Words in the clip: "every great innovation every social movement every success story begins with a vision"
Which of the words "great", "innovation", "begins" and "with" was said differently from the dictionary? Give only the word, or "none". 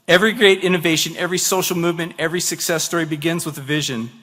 none